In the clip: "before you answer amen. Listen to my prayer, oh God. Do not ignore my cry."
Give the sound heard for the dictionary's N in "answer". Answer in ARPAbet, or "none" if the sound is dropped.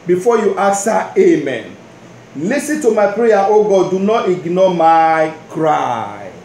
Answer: none